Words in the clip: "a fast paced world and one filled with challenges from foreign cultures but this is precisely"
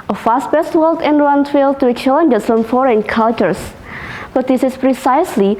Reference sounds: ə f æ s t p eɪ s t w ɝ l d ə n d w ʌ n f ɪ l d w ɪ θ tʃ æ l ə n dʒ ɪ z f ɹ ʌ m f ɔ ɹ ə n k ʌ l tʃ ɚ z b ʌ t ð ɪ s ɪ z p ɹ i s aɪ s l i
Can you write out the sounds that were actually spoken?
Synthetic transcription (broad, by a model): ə f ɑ s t b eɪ s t w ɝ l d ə n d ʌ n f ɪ l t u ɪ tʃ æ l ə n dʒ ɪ s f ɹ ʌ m f ɔ ɹ ə n k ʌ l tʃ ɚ s b ʌ t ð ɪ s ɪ s p ɹ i s aɪ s l i